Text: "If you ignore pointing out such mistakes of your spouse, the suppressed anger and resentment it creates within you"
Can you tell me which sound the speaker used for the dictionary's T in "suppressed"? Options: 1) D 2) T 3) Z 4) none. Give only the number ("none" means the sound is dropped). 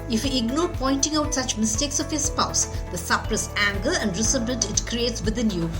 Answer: 4